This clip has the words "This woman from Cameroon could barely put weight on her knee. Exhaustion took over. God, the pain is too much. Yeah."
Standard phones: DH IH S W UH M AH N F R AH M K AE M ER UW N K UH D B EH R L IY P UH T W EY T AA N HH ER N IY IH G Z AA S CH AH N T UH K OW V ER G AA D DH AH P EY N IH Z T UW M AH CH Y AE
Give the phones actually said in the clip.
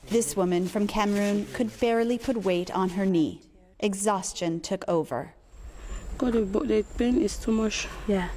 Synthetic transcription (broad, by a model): DH IH S W UH M AH N F R AH M K AE M ER UW N K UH D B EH R L IY P UH T W EY T N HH ER N IY IH G Z AA S CH AH N T UH K OW V ER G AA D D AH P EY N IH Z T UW M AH SH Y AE